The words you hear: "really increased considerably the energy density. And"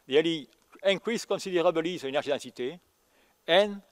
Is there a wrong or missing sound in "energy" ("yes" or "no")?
yes